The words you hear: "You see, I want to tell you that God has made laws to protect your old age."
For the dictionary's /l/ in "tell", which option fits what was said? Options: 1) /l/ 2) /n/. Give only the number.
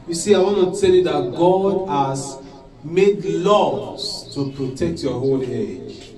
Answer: 1